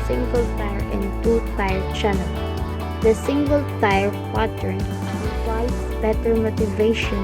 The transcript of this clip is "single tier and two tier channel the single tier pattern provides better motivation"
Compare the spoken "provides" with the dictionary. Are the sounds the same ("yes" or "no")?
no